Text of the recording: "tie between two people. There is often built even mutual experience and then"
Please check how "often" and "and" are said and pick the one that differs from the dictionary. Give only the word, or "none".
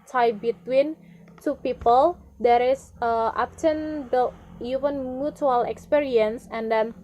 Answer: often